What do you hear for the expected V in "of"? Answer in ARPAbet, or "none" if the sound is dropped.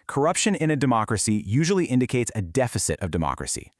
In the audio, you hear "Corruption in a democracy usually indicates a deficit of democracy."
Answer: V